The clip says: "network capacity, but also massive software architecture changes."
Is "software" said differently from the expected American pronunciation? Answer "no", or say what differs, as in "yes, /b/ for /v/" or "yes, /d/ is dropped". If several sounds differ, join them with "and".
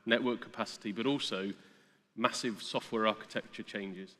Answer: no